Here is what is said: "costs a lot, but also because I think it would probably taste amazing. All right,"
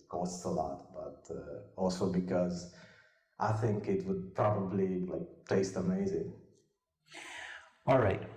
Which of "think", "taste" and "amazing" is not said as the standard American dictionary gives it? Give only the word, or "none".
none